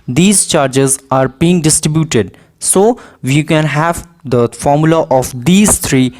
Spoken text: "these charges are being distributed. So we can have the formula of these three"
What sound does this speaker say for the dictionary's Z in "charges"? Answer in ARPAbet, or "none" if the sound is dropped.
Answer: Z